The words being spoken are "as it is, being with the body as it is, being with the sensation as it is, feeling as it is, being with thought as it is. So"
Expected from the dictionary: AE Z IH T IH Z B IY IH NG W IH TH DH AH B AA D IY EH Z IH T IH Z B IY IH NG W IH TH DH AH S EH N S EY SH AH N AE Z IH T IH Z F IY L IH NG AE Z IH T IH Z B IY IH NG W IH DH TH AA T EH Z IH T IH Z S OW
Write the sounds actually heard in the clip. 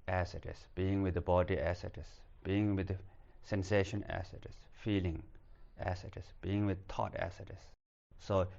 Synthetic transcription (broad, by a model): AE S IH T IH S B IY IH NG W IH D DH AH B AA D IY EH S IH T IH S B IY IH NG W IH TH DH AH S EH N S EY SH AH N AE S IH T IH S F IY L IH NG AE S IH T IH S B IY IH NG W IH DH T AA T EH S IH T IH S OW